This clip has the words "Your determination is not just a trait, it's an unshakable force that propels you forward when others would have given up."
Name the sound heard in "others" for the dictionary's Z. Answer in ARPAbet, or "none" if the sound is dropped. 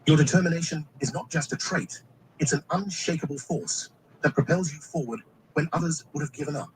Z